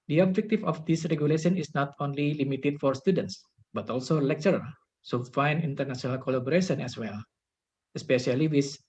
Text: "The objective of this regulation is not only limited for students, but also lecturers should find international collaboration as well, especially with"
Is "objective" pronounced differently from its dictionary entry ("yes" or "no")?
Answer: yes